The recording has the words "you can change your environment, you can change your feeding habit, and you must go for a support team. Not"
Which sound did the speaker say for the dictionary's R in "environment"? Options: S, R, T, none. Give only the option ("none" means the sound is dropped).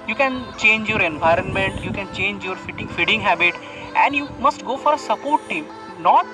R